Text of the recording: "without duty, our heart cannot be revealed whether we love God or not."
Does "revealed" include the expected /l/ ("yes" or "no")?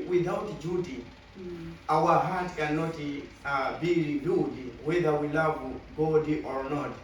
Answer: no